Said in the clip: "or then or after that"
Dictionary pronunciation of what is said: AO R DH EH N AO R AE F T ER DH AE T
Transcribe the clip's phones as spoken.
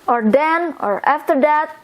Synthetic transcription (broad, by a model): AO R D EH N AO R AE F T ER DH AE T